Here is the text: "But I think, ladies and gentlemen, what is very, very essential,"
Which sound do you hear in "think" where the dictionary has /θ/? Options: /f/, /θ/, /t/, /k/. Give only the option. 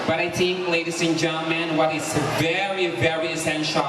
/t/